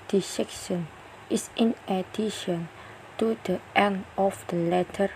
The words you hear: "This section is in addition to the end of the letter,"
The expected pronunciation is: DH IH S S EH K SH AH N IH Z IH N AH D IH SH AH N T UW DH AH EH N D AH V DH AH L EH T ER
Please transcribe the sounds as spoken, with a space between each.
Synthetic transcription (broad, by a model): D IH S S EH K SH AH N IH S IH N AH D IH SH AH N T UW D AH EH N AH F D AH L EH T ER